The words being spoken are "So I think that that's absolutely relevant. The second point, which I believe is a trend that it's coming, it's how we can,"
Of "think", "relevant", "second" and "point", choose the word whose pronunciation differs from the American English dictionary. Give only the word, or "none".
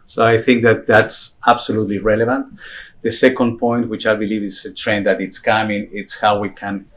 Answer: none